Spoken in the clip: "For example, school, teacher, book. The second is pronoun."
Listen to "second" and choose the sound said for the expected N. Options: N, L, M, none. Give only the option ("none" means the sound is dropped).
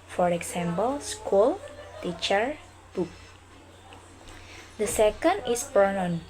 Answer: N